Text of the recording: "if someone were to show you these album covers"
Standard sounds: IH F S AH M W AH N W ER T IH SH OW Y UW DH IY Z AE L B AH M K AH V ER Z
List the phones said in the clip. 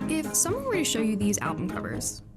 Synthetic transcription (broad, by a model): IH F S AH M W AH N W ER T IH SH OW Y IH DH IY Z AE L B AH M K AH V ER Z